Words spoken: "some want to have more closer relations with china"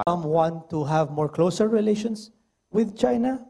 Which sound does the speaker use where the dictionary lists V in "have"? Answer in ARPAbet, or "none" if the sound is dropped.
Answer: V